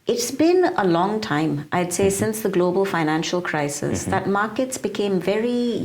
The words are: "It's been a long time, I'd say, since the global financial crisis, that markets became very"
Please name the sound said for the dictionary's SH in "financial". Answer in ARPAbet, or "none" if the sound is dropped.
SH